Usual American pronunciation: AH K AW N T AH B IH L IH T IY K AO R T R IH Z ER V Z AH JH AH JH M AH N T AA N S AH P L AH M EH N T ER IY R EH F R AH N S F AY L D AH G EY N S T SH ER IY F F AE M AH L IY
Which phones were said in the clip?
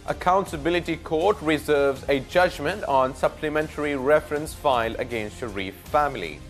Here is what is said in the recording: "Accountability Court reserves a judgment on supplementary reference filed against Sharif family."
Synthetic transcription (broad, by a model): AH K AW N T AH B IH L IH T IY K AO T R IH Z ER V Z AH JH AH JH M AH N T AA N S AH P L AH M EH N T ER IY R EH F R AH N S F AY L AH G EY N S T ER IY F F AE M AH L IY